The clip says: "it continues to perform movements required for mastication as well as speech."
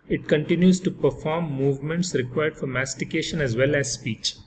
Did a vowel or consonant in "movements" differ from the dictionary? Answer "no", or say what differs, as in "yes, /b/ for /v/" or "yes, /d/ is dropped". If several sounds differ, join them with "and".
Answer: no